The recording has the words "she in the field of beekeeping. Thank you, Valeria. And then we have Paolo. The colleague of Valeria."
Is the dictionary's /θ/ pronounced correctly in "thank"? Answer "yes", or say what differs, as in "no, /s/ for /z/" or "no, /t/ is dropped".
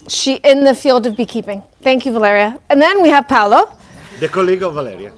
yes